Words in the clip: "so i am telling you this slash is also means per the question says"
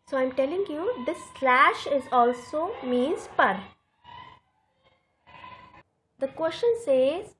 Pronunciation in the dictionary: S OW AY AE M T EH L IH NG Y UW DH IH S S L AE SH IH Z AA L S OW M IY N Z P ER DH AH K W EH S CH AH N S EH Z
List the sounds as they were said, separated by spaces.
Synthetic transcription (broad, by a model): S OW AY M T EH L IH NG Y UW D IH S S L AE SH IH Z AA L S OW M IY N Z P ER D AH K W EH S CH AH N S EH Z